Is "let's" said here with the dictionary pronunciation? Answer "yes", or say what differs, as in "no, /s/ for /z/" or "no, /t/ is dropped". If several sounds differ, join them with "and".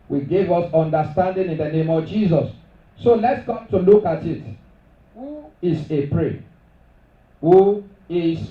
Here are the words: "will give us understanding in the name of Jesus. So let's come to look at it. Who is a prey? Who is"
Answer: yes